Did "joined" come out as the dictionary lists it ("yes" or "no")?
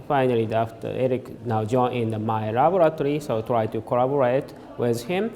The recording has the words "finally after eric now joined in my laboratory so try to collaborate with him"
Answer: no